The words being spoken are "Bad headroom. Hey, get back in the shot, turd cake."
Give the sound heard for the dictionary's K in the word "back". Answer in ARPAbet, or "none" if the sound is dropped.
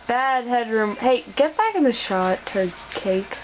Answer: K